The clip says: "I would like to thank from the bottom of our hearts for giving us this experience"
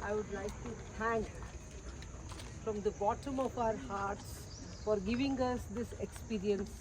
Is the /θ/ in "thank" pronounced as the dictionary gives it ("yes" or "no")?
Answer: no